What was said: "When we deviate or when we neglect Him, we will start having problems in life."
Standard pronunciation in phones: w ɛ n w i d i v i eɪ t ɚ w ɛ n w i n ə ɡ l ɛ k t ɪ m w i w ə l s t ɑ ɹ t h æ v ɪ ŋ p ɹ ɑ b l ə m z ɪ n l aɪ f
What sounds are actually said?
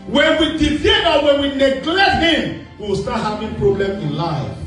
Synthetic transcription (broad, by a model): w ɛ n w i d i f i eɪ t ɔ w ɛ n w i n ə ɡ l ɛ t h ɪ m w i w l s t ɑ t h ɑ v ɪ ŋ p ɹ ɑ b l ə m ɪ n l aɪ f